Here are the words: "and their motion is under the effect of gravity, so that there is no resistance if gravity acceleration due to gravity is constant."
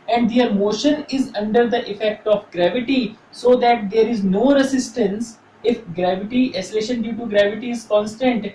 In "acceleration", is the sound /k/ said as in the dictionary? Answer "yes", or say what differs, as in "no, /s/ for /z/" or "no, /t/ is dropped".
no, /k/ is dropped